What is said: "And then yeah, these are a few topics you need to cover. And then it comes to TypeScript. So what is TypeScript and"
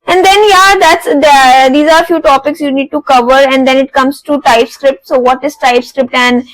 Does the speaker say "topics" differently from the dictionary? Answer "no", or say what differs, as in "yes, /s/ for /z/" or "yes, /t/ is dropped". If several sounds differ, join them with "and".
no